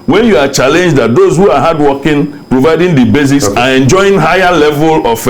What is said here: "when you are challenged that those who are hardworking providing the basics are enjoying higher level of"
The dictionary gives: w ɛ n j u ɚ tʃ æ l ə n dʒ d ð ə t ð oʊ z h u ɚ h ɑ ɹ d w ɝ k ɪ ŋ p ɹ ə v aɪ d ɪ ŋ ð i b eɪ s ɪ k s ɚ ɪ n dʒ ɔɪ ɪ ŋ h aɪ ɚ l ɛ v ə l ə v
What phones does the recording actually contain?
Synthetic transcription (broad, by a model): w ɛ n j u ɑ tʃ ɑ l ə n dʒ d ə t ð oʊ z h u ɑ h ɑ d w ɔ k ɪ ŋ p ɹ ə v aɪ d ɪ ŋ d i b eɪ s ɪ s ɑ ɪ n dʒ ɔɪ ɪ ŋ h aɪ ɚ l ɛ v ə l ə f